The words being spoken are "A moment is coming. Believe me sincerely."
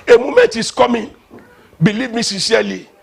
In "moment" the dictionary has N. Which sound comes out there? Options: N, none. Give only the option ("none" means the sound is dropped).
none